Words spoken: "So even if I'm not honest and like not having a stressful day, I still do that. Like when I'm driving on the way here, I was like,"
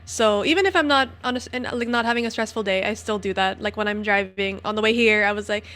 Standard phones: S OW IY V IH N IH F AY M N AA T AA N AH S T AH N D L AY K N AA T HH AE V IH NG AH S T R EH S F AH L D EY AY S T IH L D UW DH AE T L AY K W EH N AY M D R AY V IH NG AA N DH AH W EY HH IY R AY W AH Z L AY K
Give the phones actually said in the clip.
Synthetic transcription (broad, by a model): S OW IY V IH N IH F AY M N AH T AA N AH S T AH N L AY K N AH T HH AE V IH NG AH S T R EH S F L D EY AY S T IH L D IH DH AE T L AY K W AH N AY M D R AY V IH NG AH N DH AH W EY HH IY R AY W AH Z L AY K